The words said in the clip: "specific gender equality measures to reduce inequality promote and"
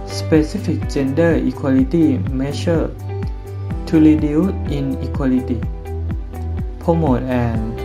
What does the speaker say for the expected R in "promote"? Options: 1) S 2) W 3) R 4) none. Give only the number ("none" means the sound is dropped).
4